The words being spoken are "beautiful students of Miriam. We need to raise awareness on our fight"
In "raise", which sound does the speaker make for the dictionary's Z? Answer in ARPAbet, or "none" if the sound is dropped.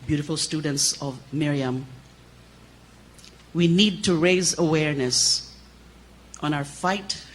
Z